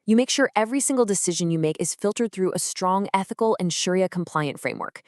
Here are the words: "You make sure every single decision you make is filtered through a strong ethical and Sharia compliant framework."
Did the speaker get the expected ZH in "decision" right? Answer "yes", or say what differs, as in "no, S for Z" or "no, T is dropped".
yes